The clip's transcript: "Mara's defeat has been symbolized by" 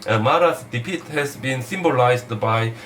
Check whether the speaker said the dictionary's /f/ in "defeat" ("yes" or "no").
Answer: no